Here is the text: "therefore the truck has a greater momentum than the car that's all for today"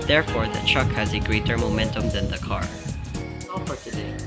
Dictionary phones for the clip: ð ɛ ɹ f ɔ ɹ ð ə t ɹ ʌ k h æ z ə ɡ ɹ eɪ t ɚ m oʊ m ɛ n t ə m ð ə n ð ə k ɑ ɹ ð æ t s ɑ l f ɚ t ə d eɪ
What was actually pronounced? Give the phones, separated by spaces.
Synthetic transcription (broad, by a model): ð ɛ ɹ f ɔ ɹ ð ə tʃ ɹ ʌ k h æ z ə ɡ ɹ eɪ t ɚ m oʊ m ɛ n t ə m ð ə n ð ə k ɑ ɹ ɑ f ɚ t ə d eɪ